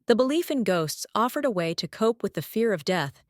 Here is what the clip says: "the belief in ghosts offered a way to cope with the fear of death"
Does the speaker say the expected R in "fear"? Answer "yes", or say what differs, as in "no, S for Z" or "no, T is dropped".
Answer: yes